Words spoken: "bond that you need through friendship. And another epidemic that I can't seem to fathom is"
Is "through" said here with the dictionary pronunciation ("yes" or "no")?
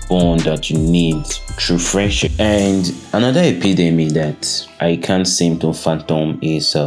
no